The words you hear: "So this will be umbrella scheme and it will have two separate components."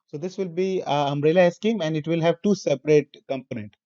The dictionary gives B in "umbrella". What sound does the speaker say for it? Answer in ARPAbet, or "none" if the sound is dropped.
none